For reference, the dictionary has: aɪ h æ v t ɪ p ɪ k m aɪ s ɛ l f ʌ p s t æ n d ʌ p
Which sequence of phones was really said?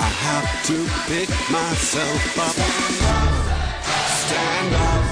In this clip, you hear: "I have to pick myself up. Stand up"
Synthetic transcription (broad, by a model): aɪ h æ f t ɪ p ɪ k m aɪ s ɛ l f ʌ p s t æ n d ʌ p